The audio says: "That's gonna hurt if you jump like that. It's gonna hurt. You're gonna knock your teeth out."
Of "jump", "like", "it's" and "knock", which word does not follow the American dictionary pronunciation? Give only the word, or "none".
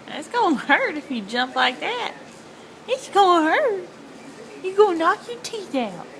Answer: none